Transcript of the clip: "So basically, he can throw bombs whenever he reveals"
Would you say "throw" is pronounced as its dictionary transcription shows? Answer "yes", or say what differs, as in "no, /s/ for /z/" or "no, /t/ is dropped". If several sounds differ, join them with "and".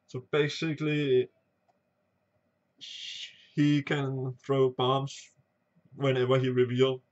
yes